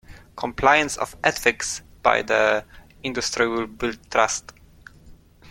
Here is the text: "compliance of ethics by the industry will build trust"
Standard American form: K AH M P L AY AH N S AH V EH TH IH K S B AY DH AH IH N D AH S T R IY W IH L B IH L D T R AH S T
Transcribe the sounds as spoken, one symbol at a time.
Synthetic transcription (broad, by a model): K AH M P L AY AH N S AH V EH F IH K S B AY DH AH IH N D AH S T R IY W IH L B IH L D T R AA S T